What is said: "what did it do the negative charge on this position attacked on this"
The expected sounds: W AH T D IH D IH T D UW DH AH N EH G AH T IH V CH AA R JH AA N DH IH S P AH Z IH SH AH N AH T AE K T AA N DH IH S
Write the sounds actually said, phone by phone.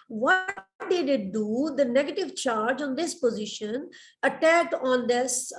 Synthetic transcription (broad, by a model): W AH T D IH D IH T D UW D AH N EH G AH T IH V CH AA R JH AA N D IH S P AH Z IH SH AH N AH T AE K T AA N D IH S